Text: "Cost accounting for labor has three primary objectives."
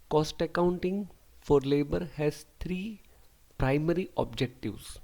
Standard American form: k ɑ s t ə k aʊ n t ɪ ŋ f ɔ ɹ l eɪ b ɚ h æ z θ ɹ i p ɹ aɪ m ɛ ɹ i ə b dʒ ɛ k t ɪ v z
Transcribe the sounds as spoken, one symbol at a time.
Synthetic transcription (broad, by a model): k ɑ s t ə k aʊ n t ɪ ŋ f ɔ ɹ l eɪ b ɚ h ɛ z t ɹ i p ɹ aɪ m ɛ ɹ i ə b dʒ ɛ k t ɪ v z